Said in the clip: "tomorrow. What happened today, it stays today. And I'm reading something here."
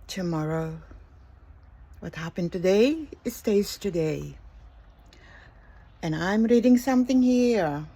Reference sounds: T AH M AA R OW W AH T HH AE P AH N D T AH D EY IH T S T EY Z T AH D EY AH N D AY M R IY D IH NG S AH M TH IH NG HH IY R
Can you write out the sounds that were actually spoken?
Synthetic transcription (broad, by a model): T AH M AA R OW W AH T HH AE P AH N T AH D EY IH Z S T EY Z T AH D EY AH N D AY M R IY D IH NG S AH M TH IH NG HH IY R